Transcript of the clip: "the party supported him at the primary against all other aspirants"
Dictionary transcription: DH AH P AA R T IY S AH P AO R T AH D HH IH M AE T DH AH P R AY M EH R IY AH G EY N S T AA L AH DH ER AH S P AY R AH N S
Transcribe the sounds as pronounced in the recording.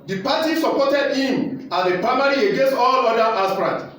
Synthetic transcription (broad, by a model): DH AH P AA T IY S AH P AO T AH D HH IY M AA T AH P R AY M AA R IY AH G EY N S T AA L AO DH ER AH S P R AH N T